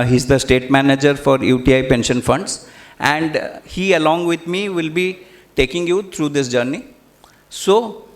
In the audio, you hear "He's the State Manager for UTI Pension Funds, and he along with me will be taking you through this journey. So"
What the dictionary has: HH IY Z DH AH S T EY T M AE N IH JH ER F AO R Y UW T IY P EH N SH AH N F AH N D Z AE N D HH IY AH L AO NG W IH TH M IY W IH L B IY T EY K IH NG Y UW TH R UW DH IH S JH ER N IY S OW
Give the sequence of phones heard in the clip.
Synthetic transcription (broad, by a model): HH IY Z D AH S T EY T M AE N IH JH ER F AO R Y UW T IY P EH N SH AH N F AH N D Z AE N D HH IY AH L AO NG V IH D M IY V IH L B IY T EY K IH NG Y UW T R UW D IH S JH ER N IY S OW